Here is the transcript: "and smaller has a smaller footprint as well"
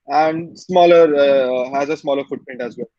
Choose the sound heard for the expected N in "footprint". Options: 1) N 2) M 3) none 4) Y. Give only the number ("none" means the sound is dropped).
1